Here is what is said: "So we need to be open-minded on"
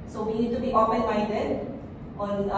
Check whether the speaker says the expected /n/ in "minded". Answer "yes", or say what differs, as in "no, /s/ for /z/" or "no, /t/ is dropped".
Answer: no, /n/ is dropped